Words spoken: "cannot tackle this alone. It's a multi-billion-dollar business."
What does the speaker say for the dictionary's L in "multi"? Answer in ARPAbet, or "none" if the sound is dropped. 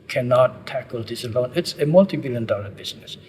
L